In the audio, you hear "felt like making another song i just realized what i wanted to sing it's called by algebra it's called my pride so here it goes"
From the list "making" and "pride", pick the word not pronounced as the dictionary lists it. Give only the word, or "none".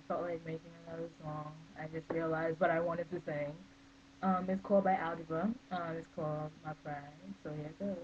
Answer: pride